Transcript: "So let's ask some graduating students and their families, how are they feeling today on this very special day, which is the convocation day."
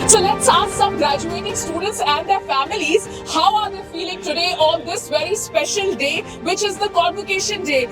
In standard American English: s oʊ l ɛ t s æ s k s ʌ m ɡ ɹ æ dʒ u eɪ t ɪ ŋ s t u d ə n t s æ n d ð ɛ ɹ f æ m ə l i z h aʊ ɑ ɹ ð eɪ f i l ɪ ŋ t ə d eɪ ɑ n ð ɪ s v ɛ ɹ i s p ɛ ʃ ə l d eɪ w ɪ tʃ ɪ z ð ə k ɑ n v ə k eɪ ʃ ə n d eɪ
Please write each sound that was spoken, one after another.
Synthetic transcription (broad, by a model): s oʊ l ɛ t s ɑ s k s ʌ m ɡ ɹ æ dʒ u eɪ t ɪ ŋ s t u d ə n t s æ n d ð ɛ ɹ f æ m ə l i z h aʊ ɑ ɹ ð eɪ f i l ɪ ŋ t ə d eɪ ɑ n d ɪ s v ɛ ɹ i s p ɛ ʃ ə l d eɪ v ɪ tʃ ɪ z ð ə k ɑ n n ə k eɪ ʃ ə n d eɪ